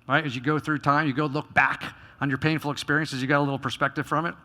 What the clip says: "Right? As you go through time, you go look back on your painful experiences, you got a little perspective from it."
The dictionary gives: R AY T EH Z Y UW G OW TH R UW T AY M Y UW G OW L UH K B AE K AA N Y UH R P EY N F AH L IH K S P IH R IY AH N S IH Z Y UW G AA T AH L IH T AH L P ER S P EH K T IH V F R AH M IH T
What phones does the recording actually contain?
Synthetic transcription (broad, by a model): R AY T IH Z Y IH G OW TH R UW T AY M Y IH G OW L UH K B AE K N Y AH R P EY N F L IH K S P IH R IY AH N S IH Z Y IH G AA T AH L IH T L P ER S P EH K T IH V F R AH M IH T